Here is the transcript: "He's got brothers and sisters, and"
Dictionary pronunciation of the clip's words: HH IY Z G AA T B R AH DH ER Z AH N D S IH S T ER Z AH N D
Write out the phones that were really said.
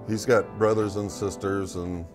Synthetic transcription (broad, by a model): HH IY Z G AA T B R AH DH ER Z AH N S IH S T ER Z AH N